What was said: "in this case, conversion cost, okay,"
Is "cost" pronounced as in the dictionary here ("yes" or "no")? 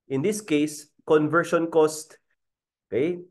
yes